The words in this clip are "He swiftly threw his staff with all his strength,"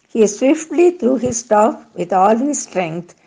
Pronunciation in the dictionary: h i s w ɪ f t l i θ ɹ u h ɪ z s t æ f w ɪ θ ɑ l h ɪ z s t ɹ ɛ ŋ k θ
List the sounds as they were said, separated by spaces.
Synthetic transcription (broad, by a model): h i s w ɪ f t l i t ɹ u h ɪ z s t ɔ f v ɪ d ɑ l h ɪ z s t ɹ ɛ ŋ k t